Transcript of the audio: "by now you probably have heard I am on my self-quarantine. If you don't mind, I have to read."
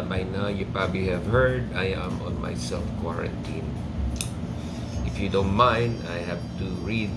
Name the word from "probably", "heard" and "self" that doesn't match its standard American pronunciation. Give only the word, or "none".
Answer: none